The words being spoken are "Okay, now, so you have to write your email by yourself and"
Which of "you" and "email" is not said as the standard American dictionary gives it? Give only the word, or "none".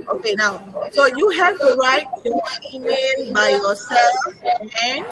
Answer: email